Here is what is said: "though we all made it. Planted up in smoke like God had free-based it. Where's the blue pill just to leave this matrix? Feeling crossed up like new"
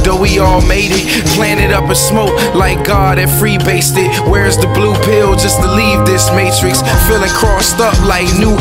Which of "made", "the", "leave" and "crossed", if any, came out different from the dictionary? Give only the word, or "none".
none